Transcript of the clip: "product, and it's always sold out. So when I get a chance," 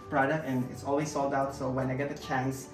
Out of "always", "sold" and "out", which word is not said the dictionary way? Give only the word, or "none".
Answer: none